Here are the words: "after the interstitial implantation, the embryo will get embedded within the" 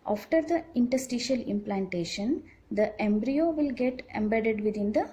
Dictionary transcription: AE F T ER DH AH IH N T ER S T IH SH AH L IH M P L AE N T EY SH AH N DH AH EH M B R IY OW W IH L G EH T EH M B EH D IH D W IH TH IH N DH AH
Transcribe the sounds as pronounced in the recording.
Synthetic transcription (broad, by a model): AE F T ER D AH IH N T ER S T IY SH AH L IH M P L AE N T EY SH AH N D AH EH M B R IY OW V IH L G EH T EH M B EH D IH D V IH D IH N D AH